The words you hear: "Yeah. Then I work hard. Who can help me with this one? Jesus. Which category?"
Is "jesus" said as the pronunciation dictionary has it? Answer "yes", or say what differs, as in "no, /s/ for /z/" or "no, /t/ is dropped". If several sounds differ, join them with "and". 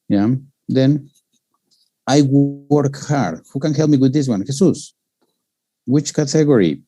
no, /s/ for /z/